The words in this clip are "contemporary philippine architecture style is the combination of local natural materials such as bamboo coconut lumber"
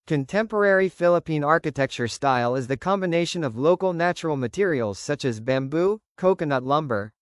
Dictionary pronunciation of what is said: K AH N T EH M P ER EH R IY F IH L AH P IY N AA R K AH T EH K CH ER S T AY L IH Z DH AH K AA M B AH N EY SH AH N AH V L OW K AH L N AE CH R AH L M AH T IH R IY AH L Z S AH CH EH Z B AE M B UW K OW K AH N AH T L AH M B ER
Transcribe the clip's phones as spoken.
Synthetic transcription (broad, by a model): K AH N T EH M P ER EH R IY F IH L AH P IY N AA R K AH T EH K CH ER S T AY L IH Z DH AH K AA M B AH N EY SH AH N AH V L OW K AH L N AE CH R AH L M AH T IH R IY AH L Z S AH CH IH Z B AE M B UW K OW K AH N AH T L AH M B ER